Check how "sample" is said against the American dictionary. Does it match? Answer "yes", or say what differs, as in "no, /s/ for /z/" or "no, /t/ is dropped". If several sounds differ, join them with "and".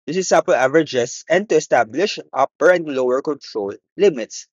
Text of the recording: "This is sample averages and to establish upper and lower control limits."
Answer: no, /m/ is dropped